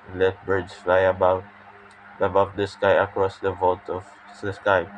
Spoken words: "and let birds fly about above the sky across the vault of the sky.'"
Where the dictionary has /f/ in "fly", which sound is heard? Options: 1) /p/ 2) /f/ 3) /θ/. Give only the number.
2